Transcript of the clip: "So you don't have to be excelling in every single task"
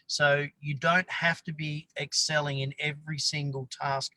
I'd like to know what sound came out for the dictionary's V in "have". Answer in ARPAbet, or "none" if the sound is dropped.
F